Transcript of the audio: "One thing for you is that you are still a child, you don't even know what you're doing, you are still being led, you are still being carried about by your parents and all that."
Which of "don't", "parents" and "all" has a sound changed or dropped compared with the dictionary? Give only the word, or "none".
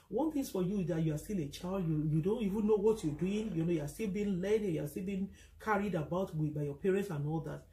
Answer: none